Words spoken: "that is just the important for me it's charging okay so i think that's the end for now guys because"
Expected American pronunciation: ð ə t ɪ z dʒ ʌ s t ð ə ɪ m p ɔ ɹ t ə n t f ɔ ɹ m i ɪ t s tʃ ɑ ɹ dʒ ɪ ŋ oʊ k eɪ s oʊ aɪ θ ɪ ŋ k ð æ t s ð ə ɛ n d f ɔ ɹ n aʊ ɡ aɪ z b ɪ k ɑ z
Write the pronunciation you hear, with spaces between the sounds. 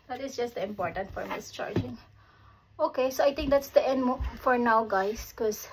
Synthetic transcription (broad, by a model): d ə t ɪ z dʒ ʌ s t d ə ɪ m p ɔ ɹ t ə n t f ɔ ɹ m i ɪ s tʃ ɑ ɹ dʒ ɪ ŋ oʊ k eɪ s oʊ aɪ t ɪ ŋ k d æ t s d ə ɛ n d f ɔ ɹ n aʊ ɡ aɪ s k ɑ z